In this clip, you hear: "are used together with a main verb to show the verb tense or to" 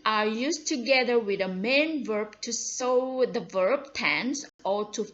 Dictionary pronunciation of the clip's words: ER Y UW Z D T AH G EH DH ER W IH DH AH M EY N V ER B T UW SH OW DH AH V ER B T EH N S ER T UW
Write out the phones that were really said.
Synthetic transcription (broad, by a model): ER Y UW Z T AH G EH DH ER W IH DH AH M EY N V ER B T UW S OW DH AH V ER B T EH N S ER T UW